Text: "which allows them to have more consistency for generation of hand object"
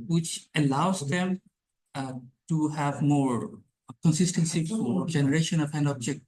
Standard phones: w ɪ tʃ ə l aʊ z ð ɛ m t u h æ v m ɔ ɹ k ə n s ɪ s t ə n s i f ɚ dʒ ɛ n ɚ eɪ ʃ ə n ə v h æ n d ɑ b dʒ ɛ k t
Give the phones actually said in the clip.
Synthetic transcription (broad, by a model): w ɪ tʃ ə l aʊ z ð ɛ m t u h æ v m ɔ ɹ k ə n s ɪ s t ə n s i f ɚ dʒ ɛ n ɚ eɪ ʃ ə n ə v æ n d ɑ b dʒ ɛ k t